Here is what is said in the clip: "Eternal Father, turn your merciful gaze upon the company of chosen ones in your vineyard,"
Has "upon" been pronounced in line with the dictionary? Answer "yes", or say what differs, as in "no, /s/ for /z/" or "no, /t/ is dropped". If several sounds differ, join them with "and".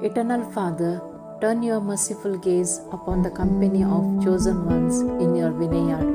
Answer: yes